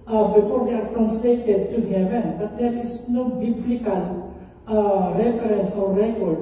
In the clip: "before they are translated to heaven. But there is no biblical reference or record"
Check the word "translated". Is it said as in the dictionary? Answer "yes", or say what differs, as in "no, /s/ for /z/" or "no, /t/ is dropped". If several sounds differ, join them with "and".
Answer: no, /ɹ/ is dropped